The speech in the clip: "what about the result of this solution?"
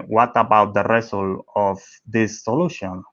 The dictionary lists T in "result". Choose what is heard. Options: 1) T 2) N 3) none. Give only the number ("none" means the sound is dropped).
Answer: 3